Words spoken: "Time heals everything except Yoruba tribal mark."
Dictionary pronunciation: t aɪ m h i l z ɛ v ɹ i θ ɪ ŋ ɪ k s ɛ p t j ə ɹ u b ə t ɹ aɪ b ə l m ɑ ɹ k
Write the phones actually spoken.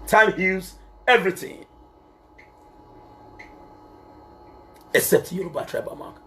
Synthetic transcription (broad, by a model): t aɪ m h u z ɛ v ɹ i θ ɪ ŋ ɪ k s ɛ p t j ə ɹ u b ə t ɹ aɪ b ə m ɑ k